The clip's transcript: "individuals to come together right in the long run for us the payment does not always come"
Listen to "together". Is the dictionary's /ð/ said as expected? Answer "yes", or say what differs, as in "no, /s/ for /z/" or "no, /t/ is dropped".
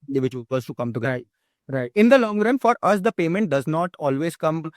no, /ð/ is dropped